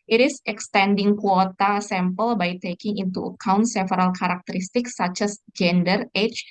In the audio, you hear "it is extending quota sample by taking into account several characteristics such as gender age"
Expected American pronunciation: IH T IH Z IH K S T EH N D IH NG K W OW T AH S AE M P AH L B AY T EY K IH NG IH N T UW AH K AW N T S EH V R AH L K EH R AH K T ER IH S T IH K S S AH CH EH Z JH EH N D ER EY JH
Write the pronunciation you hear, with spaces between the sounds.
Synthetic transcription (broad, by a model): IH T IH S IH K S T EH N D IH NG K W OW T AH S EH M P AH L B AY T EY K IH NG IH N T UW AH K AW N T S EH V R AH L K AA R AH K T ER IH S T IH K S S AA CH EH S JH EH N D ER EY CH